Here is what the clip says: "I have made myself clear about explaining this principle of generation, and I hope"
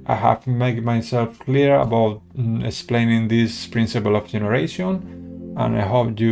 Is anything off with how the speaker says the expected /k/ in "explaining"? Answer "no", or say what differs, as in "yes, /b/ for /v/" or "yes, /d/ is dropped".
no